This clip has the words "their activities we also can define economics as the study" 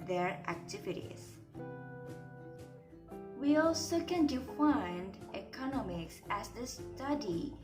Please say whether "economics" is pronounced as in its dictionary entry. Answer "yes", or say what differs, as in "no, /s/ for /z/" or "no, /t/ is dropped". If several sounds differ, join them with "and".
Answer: yes